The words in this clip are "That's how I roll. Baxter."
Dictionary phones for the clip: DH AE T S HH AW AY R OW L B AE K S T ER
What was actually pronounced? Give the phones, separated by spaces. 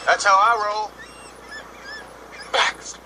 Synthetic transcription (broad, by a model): DH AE T S HH AW AY R OW L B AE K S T